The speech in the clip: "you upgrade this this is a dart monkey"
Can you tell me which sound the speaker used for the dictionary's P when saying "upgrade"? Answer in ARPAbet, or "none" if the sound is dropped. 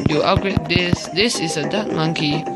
none